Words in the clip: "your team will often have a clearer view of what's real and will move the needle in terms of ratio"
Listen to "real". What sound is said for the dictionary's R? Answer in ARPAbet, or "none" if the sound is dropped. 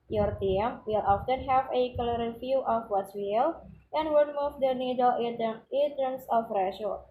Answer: W